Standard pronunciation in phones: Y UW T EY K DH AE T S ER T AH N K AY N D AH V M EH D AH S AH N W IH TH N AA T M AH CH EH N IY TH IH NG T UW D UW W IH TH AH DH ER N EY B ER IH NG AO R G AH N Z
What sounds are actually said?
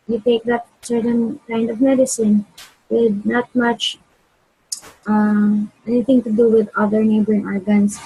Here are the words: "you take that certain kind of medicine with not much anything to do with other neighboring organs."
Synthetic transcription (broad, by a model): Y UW T EY K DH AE T S ER T AH N K AY N D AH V M EH D AH S AH N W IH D N AA T M AH CH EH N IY T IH NG T UW D UW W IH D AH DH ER N EY B ER IH NG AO R G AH N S